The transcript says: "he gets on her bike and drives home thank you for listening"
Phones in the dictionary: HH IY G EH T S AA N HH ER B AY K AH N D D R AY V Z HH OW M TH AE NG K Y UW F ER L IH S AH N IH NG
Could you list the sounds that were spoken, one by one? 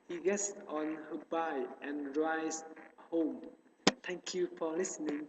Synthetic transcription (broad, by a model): HH IY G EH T S AA N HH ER B AY AH N R AY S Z HH OW M T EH NG K Y UW F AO L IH S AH N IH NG